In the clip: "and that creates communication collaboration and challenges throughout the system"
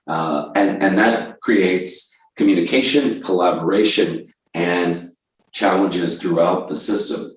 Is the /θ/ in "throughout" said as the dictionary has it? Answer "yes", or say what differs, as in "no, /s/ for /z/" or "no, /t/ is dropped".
yes